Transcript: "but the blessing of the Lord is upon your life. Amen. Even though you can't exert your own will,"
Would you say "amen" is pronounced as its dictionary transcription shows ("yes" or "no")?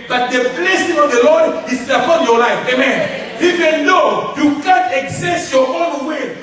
yes